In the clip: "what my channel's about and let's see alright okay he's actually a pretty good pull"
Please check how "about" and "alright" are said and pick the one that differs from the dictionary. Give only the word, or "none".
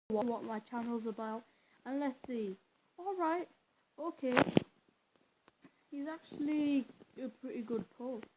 none